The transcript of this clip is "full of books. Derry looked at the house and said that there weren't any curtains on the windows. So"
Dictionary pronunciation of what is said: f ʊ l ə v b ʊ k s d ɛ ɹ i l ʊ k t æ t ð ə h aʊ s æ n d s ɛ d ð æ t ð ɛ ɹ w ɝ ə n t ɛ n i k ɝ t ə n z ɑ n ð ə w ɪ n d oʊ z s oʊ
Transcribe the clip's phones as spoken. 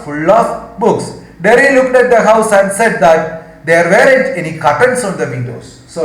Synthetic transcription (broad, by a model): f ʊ l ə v b ʊ k s d ɛ ɹ i l ʊ k t æ t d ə h aʊ s æ n d s ɛ d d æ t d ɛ ɹ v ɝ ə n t ɛ n i k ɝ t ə n s ɑ n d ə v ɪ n d oʊ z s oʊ